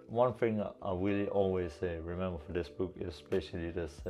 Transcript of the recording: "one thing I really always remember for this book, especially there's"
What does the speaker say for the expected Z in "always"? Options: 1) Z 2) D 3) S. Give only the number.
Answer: 3